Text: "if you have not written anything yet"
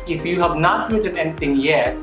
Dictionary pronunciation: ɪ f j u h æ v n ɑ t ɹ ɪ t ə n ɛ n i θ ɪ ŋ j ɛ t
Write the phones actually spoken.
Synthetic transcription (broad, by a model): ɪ f j u h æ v n ɑ t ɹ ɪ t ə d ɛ n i t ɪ ŋ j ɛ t